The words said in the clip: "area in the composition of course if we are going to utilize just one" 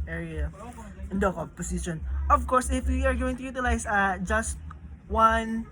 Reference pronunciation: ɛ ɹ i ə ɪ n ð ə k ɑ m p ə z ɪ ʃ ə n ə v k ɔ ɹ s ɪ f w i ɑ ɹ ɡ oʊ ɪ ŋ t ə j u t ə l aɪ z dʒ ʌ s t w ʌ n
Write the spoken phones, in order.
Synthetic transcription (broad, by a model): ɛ ɹ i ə ɪ n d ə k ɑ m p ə s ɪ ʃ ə n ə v k ɔ ɹ s ɪ f w i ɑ ɹ ɡ oʊ ɪ ŋ t ə j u t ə l aɪ s dʒ ʌ s t w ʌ n